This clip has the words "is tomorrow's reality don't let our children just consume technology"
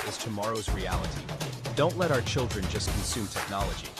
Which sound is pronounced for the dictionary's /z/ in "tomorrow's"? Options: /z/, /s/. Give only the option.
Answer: /z/